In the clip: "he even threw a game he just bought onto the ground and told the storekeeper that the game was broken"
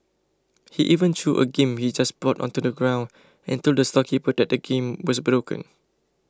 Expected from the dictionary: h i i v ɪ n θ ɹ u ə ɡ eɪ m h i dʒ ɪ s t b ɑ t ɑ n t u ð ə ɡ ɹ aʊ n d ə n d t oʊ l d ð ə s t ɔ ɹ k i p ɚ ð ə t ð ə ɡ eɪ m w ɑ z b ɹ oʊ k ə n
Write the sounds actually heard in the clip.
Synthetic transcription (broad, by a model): h i i v ɪ n t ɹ u ə ɡ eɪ m h i dʒ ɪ s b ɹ ɑ t ɑ n t u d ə ɡ ɹ aʊ n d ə n t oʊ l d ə s t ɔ k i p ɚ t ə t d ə ɡ eɪ m w ɑ s b ɹ oʊ k ə n